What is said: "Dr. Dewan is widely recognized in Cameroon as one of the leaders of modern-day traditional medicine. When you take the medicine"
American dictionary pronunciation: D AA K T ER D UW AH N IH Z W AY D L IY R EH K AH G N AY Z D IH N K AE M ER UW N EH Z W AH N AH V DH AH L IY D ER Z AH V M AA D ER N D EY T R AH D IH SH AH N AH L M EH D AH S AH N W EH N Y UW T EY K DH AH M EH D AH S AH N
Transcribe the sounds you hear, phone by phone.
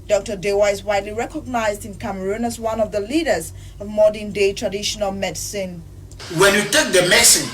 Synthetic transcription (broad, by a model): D AA K T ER D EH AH IH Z W AY D L IY R EH K AH G N AY Z D IH N K AE M ER UW N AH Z W AH N AH V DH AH L IY D ER Z AH V M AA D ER N D EY T R AH D IH SH AH N AH L M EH D S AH N W EH N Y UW T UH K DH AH M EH S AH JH